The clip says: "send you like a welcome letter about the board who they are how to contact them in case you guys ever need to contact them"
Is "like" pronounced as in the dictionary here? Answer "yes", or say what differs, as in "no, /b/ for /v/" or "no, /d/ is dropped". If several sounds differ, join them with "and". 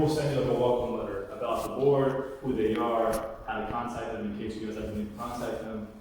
no, /k/ is dropped